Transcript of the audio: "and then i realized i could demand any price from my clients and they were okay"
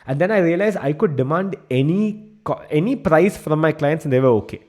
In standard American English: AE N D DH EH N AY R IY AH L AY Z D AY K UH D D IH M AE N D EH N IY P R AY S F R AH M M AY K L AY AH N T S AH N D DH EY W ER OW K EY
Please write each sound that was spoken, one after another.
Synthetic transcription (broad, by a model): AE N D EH N AY R IY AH L AY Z AY K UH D D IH M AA N D EH N IY P R AY S F R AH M M AY K L AY AH N T S AH N D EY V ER OW K EY